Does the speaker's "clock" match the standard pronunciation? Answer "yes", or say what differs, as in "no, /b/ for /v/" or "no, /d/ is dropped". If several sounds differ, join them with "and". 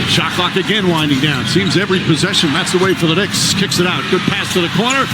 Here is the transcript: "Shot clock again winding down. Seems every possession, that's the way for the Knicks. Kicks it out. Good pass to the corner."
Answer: yes